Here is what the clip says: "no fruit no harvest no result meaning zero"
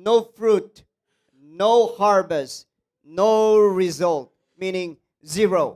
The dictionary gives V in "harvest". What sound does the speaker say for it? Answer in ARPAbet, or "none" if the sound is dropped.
B